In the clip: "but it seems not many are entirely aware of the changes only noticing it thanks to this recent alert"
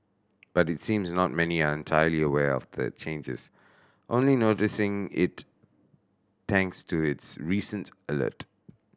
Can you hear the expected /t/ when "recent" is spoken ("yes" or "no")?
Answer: yes